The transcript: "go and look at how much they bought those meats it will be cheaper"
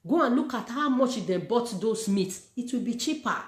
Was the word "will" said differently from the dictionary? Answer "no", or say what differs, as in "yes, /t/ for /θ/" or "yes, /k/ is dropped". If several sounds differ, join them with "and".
no